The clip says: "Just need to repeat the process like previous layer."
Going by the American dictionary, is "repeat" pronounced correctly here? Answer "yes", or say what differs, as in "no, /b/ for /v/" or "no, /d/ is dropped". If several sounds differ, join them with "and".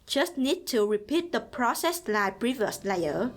yes